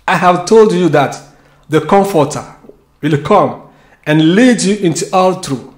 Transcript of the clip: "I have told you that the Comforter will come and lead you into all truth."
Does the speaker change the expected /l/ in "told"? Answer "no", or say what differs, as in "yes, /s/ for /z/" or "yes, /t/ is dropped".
no